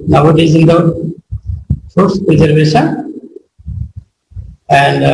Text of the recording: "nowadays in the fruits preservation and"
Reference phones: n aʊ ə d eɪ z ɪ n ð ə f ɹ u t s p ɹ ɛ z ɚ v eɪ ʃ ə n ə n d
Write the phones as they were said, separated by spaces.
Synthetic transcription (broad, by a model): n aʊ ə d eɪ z ɪ n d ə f u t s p ɹ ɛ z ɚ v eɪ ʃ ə n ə n d